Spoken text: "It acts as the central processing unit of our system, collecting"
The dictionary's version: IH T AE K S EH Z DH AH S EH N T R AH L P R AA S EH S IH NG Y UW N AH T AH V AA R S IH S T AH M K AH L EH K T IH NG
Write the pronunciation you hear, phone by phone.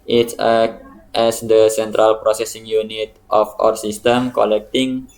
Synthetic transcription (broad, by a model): T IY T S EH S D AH S EH N T R AH L P R AA S EH S IH NG Y UW N AH T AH F AA R S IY S T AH M K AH L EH K T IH NG